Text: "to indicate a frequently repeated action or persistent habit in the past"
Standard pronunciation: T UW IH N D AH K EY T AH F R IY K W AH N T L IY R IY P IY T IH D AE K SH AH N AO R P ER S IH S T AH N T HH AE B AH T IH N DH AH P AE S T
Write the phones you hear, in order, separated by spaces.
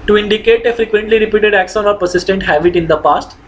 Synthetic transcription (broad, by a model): T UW IH N D AH K EY T AH F R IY K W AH N T L IY R IY P IY T IH D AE K S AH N AO R P ER S IH S T AH N T HH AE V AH T IH N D AH P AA S T